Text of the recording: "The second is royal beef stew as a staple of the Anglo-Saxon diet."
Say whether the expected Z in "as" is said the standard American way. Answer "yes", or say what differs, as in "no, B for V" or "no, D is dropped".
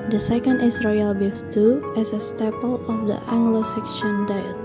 no, S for Z